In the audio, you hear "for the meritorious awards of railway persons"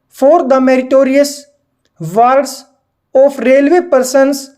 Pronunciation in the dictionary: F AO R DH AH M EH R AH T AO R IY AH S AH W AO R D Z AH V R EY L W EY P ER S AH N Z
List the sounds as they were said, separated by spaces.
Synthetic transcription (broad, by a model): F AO R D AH M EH R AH T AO R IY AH S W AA R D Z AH P R EY L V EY P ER S AH N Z